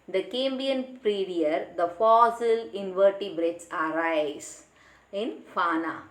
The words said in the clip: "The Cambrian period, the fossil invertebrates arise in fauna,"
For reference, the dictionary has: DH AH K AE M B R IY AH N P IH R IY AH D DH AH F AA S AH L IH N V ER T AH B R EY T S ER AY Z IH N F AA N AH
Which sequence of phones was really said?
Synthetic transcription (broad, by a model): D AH K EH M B IY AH N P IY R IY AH D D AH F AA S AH L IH N V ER T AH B R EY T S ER AY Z IH N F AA N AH